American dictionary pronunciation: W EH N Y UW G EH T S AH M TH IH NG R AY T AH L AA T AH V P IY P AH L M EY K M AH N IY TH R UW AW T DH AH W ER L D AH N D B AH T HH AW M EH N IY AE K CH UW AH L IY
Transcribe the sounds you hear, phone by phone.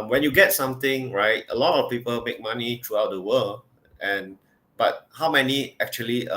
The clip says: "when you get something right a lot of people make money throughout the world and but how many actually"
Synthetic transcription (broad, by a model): W EH N Y UW G EH T S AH M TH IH NG R AY T AH L AA T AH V P IY P AH L M EY K M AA N IY T R UW AW T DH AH W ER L AH N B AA T HH AW M EH N IY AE K CH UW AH L IY